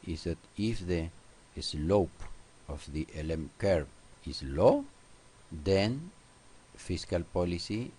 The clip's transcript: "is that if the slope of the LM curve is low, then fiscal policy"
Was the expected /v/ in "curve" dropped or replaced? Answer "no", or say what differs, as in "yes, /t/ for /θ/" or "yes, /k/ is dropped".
yes, /p/ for /v/